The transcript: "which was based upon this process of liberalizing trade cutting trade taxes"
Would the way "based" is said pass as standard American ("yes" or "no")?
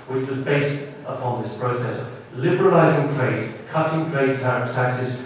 yes